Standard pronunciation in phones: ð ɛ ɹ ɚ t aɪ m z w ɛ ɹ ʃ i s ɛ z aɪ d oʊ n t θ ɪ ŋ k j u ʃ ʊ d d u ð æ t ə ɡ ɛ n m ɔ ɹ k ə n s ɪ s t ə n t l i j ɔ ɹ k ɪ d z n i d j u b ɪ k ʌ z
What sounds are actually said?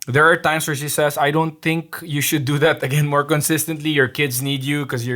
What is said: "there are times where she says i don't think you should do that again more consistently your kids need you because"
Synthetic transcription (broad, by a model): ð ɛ ɹ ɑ t aɪ m s w ɛ ɹ ʃ i s ɛ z aɪ d oʊ n t θ ɪ ŋ k j u ʃ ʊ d d u ð æ t ə ɡ ɛ n m ɔ ɹ k ə n s ɪ s t ə n t l i j ɔ ɹ k ɪ d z n i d j u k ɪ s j